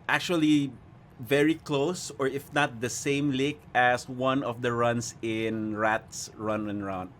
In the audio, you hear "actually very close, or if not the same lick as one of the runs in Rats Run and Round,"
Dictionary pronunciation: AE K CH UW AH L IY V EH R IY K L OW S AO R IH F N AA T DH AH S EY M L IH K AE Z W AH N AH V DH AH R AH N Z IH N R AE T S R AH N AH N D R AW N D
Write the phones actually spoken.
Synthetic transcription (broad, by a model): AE K CH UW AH L IY V EH R IY K L OW S AO R IH F N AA T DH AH S EY M L IH K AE S W AH N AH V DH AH R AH N S IH N R AE T S R AH N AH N R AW N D